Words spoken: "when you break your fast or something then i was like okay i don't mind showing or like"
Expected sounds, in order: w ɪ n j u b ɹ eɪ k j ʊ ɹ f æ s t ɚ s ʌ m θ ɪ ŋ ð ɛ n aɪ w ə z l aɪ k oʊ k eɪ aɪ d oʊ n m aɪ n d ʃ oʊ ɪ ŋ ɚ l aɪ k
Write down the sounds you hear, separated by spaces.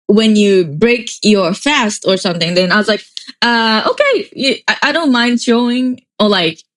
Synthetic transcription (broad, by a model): w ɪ n j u b ɹ eɪ k j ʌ ɹ f æ s t ɚ s ʌ m θ ɪ ŋ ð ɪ n aɪ w ə z l aɪ k oʊ k eɪ aɪ d oʊ n m aɪ n d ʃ oʊ ɪ ŋ ɚ l aɪ k